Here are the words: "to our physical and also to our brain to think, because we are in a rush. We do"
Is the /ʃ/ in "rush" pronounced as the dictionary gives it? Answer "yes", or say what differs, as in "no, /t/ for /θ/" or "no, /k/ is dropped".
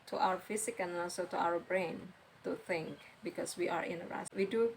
no, /s/ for /ʃ/